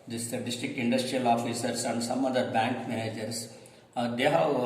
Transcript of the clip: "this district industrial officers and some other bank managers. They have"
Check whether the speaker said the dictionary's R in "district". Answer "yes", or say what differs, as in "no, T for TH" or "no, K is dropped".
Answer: no, R is dropped